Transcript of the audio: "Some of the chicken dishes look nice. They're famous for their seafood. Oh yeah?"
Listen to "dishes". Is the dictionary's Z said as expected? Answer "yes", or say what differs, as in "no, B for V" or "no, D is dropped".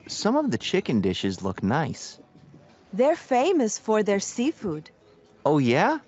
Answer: yes